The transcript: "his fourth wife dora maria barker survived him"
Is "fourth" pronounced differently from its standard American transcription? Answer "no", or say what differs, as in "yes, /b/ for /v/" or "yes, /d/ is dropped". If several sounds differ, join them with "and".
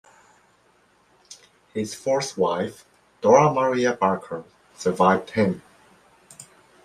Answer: yes, /s/ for /θ/